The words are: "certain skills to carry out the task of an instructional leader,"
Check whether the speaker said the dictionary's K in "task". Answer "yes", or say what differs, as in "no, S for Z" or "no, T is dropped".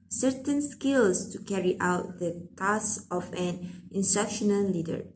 no, K is dropped